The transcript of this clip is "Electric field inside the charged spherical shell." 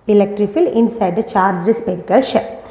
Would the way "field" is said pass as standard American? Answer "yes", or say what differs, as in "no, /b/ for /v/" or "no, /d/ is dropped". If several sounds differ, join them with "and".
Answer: no, /d/ is dropped